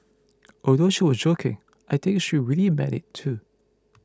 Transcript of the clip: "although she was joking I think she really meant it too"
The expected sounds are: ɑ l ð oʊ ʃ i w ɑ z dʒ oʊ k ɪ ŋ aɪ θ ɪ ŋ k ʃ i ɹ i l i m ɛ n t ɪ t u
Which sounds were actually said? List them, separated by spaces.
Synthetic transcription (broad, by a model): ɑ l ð oʊ ʃ i w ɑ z dʒ oʊ k ɪ ŋ aɪ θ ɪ ŋ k ʃ i ɹ i l i m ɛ t ɪ t u